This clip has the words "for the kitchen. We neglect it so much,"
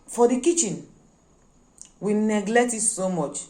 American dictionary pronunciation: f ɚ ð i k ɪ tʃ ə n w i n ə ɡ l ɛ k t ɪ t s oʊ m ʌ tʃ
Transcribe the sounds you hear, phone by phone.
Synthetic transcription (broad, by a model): f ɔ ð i k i tʃ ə n w i n ə ɡ l ɛ k t ɪ t s oʊ m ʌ tʃ